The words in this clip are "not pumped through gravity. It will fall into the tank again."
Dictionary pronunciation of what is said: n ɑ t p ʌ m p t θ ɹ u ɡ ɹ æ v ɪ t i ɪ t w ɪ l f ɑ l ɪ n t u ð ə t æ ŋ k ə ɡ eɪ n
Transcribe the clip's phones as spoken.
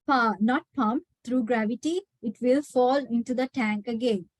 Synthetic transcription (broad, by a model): n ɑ t p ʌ m p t t ɹ u ɡ ɹ æ v ɪ t i ɪ t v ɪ l f ɑ l ɪ n t u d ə t æ ŋ k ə ɡ eɪ n